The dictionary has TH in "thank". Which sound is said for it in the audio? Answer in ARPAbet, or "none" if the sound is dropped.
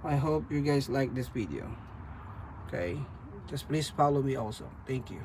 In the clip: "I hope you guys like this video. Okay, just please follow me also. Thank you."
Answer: T